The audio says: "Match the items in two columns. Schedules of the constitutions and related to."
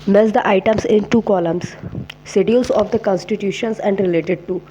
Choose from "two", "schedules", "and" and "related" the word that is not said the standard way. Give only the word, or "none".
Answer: schedules